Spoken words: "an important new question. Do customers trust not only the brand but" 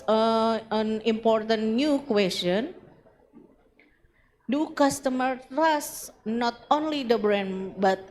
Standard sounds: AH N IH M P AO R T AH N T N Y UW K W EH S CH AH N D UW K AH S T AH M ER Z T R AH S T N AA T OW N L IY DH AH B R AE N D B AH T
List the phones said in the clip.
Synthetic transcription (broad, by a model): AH N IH M P AO R T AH N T N Y UW K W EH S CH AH N D UW K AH S T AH M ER T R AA S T N AA T OW N L IY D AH B R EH N B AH T